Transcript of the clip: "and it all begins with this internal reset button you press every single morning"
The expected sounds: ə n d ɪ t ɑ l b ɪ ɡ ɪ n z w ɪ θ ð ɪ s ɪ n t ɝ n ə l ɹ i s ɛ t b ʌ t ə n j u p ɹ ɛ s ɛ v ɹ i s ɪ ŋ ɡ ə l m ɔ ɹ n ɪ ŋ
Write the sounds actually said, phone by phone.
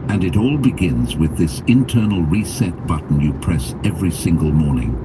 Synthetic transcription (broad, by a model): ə n ɪ t ɑ l b ɪ ɡ ɪ n z w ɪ ð ɪ s ɪ n t ɝ n l ɹ i s ɛ t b ʌ t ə n j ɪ p ɹ ɛ s ɛ v ɹ i s ɪ ŋ ɡ ə l m ɔ ɹ n ɪ ŋ